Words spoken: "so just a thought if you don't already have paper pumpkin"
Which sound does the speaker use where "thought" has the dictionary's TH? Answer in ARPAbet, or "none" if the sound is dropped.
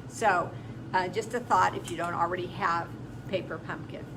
TH